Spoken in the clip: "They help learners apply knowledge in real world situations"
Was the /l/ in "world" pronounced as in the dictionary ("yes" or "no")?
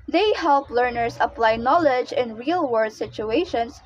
no